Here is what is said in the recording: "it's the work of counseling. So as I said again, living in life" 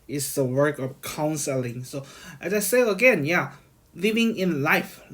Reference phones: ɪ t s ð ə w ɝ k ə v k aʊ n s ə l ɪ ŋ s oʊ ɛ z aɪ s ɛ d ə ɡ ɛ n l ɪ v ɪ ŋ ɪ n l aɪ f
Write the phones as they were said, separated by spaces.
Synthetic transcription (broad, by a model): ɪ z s ð ə w ɝ k ə v k aʊ n s ə l ɪ ŋ s oʊ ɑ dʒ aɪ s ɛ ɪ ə ɡ ɛ n l ɪ v ɪ ŋ ɪ n l aɪ f